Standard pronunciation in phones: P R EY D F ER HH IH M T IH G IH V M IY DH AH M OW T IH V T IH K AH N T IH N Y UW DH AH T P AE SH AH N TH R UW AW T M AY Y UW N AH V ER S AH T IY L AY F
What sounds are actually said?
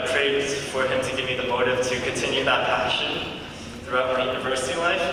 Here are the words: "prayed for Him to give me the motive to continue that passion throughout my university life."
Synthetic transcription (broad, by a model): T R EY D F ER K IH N T IH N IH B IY DH AH M OW T IH V T IH K AH N T IH N Y UW DH AH T P AE SH AH N TH R UW AW T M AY Y UW N AH V ER S AH T IY L AY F